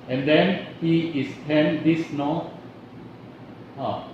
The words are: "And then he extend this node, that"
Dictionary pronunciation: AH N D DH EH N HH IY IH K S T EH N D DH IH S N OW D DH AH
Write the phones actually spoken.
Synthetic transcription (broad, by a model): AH N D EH N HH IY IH S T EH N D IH S N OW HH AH